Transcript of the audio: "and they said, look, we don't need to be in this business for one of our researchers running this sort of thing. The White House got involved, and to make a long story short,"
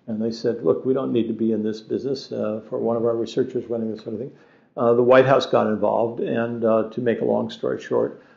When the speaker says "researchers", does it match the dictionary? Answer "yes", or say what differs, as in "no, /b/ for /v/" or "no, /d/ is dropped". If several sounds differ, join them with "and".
yes